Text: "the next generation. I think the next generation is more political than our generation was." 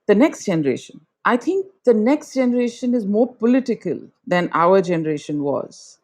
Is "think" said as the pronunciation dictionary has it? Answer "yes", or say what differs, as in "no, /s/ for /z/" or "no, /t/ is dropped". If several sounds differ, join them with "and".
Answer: no, /t/ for /θ/